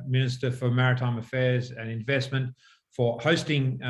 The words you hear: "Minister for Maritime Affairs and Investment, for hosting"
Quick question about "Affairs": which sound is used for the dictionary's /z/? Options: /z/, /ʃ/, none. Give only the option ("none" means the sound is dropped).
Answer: /z/